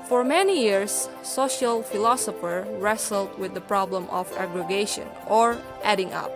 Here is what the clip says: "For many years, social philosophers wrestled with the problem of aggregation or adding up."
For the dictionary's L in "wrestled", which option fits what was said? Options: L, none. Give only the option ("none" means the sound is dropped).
L